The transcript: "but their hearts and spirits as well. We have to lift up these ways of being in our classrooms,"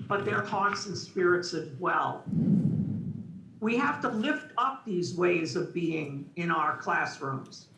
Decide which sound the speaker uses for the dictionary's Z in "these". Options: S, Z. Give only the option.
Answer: Z